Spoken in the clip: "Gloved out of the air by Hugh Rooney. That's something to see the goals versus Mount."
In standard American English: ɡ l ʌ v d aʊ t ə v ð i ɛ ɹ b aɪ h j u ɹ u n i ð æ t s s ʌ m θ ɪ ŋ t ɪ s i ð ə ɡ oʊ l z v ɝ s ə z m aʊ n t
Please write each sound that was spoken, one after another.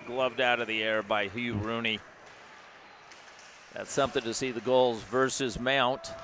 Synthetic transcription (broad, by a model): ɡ l ʌ v d aʊ t ə v ð i ɛ ɹ b aɪ h j u ɹ u n i ð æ t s s ʌ m θ ɪ ŋ t ɪ s i ð ə ɡ oʊ l z v ɝ s ə z m aʊ n t